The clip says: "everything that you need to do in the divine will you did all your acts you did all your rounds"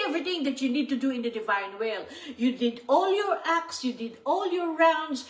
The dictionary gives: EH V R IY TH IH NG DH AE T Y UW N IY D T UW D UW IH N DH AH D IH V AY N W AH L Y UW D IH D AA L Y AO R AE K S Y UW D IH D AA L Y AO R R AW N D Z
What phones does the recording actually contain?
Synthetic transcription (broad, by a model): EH V R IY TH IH NG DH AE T Y UW N IY D T UW D UW IH N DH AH D IH V AY N W AH L Y UW D IH D AA L Y AO R AE K S Y UW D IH D AA L Y AO R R AW N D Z